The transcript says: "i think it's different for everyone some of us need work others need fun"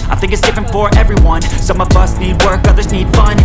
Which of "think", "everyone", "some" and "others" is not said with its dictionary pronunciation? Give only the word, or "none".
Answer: none